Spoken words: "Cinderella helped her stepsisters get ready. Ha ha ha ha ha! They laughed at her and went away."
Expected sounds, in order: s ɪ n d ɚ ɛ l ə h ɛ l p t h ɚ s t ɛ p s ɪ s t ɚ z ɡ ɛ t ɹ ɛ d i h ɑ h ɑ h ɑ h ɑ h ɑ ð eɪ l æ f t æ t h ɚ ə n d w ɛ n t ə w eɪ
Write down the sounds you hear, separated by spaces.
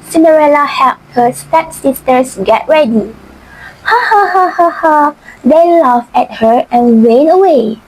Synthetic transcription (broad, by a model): s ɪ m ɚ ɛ l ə h ɛ l p t h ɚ s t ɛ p s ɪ s t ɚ s ɡ ɛ t ɹ ɛ d i h ɑ h ɑ h ɑ h ɑ h ɑ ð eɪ l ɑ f ɛ t h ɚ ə n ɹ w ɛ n ə w eɪ